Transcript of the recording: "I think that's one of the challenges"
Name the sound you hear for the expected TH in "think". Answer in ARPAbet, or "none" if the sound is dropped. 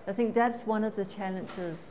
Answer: TH